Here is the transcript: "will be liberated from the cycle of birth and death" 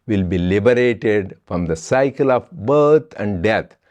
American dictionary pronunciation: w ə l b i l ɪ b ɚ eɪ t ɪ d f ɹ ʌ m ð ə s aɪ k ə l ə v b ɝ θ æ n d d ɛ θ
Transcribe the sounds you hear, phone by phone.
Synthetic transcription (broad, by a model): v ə l b i l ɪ b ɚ eɪ t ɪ d f ɹ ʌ m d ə s aɪ k ə l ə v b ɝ t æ n d d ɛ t